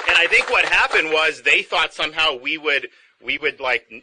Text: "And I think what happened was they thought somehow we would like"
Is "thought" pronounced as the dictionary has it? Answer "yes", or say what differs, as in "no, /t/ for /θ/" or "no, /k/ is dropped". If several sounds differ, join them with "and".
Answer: yes